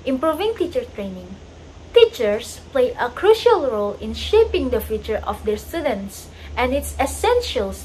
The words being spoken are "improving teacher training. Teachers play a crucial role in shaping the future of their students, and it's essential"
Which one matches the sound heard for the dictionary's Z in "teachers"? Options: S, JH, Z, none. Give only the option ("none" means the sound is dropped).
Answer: S